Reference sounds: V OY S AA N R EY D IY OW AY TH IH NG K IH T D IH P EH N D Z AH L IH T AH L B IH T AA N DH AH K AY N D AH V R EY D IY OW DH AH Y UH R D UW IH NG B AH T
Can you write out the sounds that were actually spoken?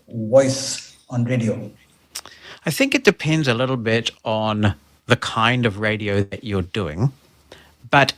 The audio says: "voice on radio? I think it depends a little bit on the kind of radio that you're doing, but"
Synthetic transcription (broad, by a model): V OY S AA N R EY D IY OW AY TH IH NG K IH T D IH P EH N D Z AH L IH T L B IH T N DH AH K AY N D AH V R EY D IY OW DH AH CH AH R D UW IH NG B AH T